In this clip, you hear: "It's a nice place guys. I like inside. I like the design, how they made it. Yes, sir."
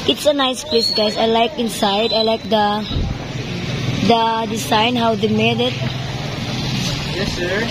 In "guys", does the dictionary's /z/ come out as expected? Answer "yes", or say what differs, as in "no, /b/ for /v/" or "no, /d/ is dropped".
no, /s/ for /z/